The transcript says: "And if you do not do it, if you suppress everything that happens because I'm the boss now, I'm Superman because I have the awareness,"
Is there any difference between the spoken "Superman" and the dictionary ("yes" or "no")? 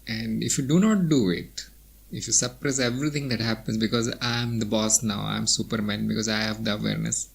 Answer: no